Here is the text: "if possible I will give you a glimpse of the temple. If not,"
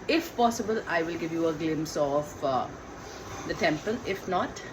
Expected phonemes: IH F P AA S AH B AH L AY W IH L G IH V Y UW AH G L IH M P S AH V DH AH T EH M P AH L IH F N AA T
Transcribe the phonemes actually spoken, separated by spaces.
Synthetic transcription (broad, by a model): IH F P AA S AH B AH L AY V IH L G IH V Y UW AH G L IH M S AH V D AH T EH M P AH L IH F N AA T